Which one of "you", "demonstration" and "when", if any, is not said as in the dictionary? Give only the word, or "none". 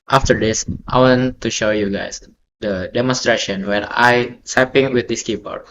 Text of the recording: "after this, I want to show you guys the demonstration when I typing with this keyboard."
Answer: when